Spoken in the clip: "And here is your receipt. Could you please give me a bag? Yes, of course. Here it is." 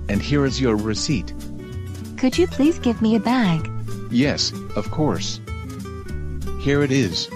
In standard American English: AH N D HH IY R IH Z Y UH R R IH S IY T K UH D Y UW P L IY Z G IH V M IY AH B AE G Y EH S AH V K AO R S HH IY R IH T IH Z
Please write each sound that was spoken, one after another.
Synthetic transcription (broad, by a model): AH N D HH IY R IH Z Y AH R R IH S IY T K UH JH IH P L IY Z G IH V M IY AH B AE G Y EH S AH V K AO R S HH IY R IH T IH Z